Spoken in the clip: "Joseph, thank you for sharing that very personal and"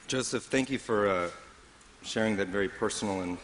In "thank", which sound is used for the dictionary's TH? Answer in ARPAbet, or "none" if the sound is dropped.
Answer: TH